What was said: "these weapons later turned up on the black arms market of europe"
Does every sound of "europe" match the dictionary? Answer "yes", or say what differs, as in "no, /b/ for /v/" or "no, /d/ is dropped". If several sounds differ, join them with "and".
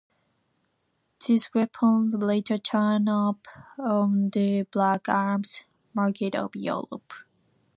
no, /l/ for /ɹ/